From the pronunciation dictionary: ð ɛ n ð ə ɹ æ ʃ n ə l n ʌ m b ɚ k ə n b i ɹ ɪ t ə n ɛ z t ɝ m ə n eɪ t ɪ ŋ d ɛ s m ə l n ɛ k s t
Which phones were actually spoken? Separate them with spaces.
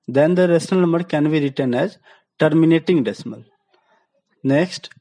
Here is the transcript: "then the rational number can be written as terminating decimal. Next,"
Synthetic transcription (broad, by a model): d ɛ n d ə ɹ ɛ s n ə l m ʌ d k ə n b i ɹ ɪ t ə n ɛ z t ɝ m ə n eɪ t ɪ ŋ d ɛ s m ə l n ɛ k s t